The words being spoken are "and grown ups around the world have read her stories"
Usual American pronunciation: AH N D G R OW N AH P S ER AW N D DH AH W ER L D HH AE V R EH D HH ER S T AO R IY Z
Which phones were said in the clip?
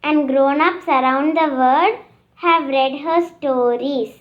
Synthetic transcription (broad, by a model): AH N D G R OW N AH P S ER AW N D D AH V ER D HH AE V R EH D HH ER S T AO R IY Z